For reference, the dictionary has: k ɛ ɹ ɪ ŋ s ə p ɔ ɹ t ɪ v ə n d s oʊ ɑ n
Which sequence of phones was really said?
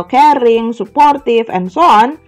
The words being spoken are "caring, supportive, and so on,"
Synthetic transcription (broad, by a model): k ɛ ɹ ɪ ŋ s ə p ɔ ɹ t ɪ f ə n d s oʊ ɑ n